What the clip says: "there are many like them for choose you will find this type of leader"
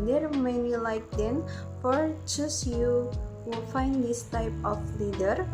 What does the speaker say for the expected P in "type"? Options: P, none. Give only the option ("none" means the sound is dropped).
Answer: P